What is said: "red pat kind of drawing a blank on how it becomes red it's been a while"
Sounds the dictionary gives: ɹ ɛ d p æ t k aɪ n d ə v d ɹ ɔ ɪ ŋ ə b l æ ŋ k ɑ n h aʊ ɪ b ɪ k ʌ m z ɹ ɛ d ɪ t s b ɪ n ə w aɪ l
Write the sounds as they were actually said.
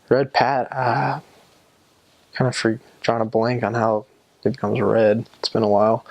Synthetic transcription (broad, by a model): ɹ ɛ d p æ t k aɪ n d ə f ɹ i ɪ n ə b l æ ŋ k n h aʊ ɪ b ɪ k ʌ m z ɹ ɛ d ɪ t s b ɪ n ə w aɪ l